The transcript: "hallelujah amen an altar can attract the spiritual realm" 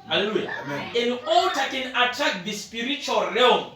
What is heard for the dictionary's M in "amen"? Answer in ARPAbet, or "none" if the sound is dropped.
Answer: none